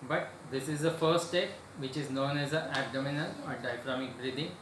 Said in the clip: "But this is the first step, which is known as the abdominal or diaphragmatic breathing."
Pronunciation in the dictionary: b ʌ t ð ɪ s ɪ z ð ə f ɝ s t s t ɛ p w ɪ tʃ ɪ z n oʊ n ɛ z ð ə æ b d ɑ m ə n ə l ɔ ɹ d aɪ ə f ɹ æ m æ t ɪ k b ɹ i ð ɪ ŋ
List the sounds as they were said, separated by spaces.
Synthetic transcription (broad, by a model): b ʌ t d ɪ s ɪ z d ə f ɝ t s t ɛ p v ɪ tʃ ɪ z n oʊ n ɛ z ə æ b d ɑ m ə n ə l ɔ ɹ d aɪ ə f ɹ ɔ m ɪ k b ɹ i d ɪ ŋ